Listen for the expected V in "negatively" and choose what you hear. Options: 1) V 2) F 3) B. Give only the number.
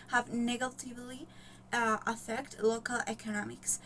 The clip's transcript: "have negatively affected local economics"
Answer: 1